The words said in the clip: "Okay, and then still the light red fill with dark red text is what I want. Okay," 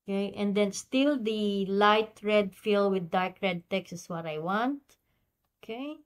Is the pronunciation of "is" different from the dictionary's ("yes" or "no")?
yes